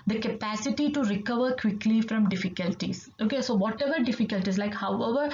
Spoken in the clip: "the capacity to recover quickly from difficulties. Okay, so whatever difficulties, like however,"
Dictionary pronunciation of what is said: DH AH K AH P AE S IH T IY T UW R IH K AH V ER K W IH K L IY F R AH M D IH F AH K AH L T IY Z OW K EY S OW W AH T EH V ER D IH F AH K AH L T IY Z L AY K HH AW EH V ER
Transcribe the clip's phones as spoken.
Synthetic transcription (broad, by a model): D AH K AH P AE S IH T IY T UW R IH K AH V ER K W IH K L IY F R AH M D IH F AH K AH L T IY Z OW K EY S OW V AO T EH V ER D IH F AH K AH L T IY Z L AY K HH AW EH V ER